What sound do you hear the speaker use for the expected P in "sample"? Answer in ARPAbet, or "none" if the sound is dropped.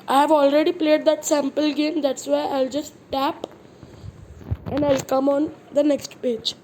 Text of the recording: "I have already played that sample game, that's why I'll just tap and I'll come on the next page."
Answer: P